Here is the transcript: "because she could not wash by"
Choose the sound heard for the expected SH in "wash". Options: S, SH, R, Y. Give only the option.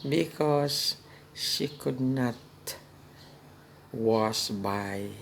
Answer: S